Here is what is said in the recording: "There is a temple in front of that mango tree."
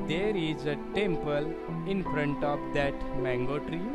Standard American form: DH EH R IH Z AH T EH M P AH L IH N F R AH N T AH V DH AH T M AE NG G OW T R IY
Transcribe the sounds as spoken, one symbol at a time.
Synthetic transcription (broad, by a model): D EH R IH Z AH T EH M P AH L IH N F R AH N T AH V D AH T M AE NG G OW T R IY